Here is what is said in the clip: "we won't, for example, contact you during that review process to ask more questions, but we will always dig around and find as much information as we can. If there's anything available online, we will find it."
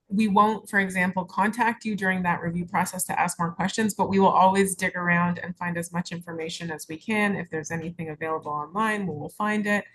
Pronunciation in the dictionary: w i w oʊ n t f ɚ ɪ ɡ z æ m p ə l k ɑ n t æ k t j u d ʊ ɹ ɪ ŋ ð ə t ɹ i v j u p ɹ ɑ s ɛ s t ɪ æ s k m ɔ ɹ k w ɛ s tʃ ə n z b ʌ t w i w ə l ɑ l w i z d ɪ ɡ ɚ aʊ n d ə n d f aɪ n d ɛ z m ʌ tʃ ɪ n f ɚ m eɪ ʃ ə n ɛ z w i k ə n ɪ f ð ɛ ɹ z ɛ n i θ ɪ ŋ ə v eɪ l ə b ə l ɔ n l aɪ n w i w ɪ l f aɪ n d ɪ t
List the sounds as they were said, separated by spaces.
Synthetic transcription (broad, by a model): w i w oʊ n t f ɚ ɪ ɡ z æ m p l k ɑ n t æ k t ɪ d ʊ ɹ ɪ ŋ ð ə t ɹ i v j u p ɹ ɑ s ɛ s t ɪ æ s k m ɔ ɹ k w ɛ s tʃ ə n z b ʌ t w i w ə l ɑ l w i z d ɪ ɡ ɚ aʊ n d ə n f aɪ n d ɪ z m ʌ tʃ ɪ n f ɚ m eɪ ʃ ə n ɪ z w i k ə n ɪ f ð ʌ ɹ z ɛ n i θ ɪ ŋ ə v eɪ l ə b l ɔ n l aɪ n w i w ɪ l f aɪ n d ɪ t